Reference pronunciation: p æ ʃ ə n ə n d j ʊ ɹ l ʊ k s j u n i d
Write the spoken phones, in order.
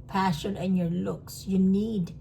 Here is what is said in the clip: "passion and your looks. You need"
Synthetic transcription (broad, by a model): p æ ʃ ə n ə n j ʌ ɹ l ʊ k s j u n i d